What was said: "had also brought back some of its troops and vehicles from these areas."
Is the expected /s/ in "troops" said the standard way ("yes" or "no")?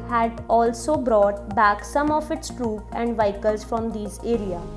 no